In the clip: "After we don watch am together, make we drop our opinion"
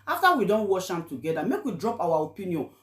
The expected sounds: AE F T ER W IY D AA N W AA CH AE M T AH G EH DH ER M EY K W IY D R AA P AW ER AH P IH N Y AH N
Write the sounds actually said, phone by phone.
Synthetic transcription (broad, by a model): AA F T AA W IY D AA N W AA SH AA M T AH G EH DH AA M EY K W IY D R AA P AW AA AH P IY N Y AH N